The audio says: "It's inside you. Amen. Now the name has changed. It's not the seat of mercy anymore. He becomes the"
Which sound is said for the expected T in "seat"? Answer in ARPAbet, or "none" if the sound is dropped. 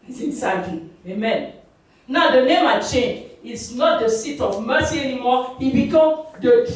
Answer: T